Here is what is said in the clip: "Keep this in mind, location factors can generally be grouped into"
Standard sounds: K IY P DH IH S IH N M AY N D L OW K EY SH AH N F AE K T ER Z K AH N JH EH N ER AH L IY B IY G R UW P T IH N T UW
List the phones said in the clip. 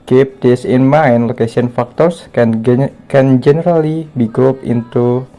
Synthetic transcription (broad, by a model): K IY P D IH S IH N M AY N L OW K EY S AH N F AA K T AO S K AH N JH EH N ER AH L IY B IY G R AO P IH N T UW